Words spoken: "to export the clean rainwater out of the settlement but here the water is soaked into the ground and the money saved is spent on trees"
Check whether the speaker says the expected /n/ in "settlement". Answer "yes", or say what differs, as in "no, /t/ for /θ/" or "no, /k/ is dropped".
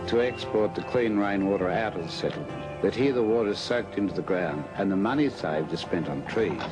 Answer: no, /n/ is dropped